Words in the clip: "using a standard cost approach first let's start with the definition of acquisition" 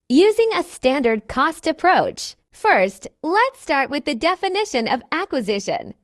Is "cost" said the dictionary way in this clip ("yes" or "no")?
yes